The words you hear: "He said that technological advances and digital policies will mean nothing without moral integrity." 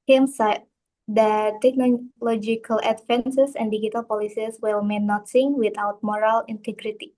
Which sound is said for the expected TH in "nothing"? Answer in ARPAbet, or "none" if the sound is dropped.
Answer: S